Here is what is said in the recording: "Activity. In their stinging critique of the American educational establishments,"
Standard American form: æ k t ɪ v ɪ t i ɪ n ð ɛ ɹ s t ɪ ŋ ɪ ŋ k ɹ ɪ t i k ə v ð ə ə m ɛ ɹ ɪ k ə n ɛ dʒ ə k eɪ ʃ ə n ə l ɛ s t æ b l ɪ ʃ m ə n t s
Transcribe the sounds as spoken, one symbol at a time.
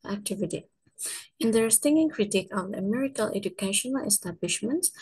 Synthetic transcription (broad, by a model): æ k t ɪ v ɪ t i ɪ n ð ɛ ɹ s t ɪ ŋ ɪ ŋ k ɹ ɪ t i k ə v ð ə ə m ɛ ɹ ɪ k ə l ɛ dʒ ə k eɪ ʃ ə n ə l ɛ s t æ b l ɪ ʃ m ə n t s